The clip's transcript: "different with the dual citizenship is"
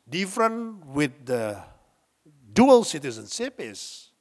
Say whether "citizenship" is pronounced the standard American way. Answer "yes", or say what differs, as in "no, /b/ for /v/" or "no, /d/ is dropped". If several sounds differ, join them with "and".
no, /s/ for /ʃ/